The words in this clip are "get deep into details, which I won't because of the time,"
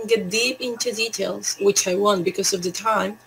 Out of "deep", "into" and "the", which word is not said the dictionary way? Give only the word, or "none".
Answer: none